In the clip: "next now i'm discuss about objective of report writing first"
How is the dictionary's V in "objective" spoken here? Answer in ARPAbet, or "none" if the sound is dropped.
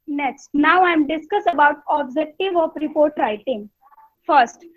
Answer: V